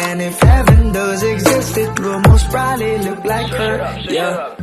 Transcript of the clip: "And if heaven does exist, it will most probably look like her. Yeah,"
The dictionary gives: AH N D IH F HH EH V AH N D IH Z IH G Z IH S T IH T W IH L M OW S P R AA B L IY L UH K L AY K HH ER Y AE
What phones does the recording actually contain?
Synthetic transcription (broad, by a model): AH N IH F HH EH V AH N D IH Z IH G Z IH S T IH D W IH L M OW S B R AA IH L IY L UH K L AY K HH ER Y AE